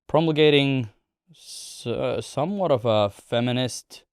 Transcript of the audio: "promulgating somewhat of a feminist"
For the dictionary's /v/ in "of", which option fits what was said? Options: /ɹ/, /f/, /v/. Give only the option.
/v/